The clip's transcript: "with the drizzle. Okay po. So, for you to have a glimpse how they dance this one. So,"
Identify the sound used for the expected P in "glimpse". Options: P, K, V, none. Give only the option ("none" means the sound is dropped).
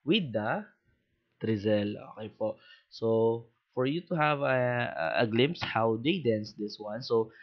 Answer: P